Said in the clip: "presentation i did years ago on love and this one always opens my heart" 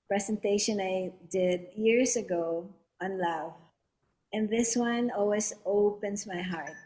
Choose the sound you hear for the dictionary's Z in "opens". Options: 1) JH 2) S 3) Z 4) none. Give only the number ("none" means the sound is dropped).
2